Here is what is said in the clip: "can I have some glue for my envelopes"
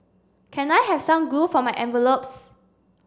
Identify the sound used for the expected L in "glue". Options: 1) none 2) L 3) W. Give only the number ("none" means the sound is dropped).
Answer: 1